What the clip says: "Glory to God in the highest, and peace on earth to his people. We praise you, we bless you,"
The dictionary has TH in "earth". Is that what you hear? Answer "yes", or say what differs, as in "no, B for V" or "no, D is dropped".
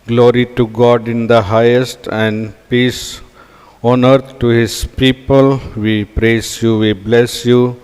no, T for TH